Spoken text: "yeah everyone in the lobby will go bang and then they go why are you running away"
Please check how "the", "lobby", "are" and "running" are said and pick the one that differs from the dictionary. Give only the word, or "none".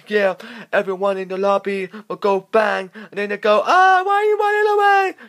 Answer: running